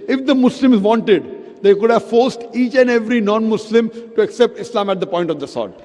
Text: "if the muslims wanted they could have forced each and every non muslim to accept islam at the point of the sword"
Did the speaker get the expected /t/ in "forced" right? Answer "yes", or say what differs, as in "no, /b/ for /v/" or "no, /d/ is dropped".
yes